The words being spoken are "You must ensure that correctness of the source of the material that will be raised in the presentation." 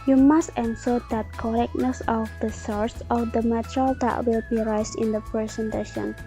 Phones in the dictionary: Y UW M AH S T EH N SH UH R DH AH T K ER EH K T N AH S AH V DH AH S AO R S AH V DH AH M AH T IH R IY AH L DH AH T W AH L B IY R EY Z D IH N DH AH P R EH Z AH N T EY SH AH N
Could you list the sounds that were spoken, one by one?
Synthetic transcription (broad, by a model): Y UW M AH S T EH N S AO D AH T K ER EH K N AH S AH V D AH S AO R S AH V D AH M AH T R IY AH L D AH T W AH L B IY R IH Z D IH N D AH P R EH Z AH N T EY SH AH N